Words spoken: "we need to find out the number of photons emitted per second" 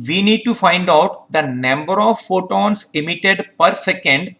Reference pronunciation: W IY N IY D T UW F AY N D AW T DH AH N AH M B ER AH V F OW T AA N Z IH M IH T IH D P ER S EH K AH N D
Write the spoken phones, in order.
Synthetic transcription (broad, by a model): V IY N IY D T UW F AY N D AW T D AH N AH M B ER AH V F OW T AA N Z IH M IH T IH D P ER S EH K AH N D